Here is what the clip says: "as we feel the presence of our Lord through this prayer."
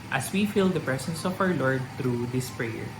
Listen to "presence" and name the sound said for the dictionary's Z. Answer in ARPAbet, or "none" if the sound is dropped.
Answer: S